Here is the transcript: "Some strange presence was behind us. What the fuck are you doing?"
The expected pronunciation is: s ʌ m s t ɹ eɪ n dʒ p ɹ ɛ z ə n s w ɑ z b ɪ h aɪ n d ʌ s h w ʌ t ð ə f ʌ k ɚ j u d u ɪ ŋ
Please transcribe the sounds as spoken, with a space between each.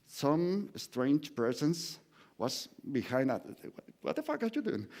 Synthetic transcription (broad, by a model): s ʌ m s t ɹ eɪ n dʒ p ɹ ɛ s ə n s w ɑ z b ɪ h aɪ n d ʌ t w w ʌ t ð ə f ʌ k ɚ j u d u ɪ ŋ